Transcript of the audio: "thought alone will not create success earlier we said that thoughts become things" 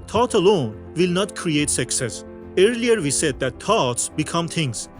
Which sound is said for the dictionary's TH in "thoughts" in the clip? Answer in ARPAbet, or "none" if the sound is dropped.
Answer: T